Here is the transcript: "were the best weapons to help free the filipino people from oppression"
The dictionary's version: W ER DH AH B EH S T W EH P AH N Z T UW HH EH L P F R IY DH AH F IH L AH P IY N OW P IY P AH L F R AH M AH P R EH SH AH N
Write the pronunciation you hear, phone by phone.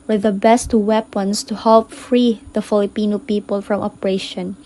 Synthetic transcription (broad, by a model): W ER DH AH B EH S T W EH P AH N S T UW HH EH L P F R IY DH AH F IH L AH P IY N OW P IY P AH L F R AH M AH P R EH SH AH N